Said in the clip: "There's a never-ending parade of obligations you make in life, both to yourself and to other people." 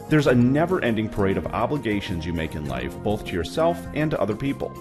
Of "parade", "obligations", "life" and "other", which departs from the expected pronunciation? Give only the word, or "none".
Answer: none